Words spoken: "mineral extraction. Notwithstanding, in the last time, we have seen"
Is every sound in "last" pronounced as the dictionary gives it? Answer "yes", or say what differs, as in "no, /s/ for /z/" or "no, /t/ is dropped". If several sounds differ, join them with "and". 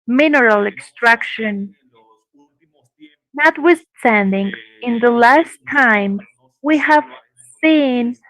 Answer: yes